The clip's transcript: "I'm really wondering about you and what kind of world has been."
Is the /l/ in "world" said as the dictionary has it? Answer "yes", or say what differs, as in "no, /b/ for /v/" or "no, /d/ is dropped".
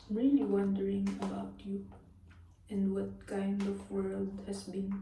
yes